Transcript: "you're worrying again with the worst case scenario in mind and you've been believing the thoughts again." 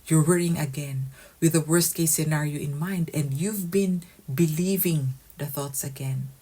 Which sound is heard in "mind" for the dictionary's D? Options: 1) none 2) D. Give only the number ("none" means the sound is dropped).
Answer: 2